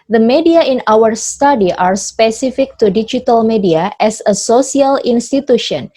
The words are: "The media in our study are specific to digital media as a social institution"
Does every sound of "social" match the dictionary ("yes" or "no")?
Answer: no